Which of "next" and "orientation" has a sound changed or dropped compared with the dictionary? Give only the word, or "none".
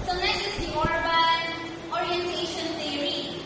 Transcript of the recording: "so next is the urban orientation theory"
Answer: next